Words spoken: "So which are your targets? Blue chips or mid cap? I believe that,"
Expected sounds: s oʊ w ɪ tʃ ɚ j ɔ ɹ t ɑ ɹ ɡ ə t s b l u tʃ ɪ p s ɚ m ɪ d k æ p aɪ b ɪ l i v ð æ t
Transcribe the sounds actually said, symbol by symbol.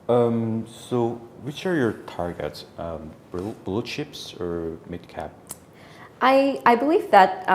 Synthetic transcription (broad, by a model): s oʊ w ɪ tʃ ɚ j ɔ ɹ t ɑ ɹ ɡ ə t s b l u ʃ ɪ p s ɚ m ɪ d k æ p aɪ b ɪ l i v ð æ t